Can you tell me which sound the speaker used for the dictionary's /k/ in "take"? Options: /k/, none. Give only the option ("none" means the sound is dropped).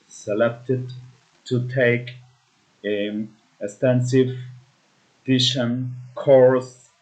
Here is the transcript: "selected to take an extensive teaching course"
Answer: none